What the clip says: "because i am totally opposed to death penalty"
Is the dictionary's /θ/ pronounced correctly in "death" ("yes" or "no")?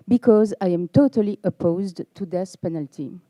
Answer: no